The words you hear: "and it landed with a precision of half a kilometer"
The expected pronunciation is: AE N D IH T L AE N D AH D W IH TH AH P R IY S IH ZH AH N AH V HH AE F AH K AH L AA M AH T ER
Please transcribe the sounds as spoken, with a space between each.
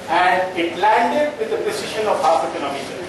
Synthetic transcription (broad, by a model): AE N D IH T L AE N D AH D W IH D AH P IY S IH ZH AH N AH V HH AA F AH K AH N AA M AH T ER